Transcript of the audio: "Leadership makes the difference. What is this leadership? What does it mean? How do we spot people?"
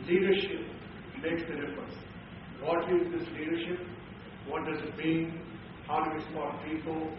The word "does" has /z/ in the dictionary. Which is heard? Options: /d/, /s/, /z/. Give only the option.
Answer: /z/